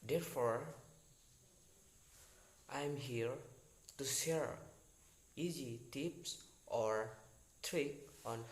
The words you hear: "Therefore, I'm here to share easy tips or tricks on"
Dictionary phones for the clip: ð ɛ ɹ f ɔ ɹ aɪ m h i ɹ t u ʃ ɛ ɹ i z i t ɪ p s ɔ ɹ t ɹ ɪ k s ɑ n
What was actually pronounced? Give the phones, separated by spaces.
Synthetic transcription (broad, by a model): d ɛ ɹ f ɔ ɹ aɪ m h i ɹ t u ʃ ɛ ɹ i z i t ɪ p s ɔ ɹ t ɹ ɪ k ɑ n